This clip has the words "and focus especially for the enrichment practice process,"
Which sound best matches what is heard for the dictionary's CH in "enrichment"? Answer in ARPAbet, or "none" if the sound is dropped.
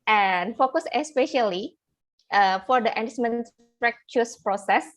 S